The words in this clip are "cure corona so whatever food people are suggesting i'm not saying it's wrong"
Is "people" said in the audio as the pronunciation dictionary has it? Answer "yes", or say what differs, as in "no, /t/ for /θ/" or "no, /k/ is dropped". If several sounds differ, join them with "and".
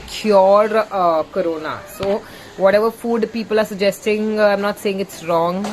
yes